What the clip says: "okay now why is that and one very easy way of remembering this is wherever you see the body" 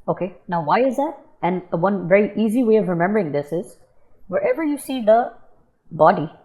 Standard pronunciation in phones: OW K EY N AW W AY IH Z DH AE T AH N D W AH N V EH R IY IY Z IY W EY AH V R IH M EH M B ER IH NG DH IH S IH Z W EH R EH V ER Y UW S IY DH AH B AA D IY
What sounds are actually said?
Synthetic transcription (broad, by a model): OW K EY N AW W AY IH Z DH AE T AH N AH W AH N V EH R IY IY Z IY W EY AH V R IH M EH M B ER IH NG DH IH S IH Z W EH R EH V ER Y UW S IY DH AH B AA D IY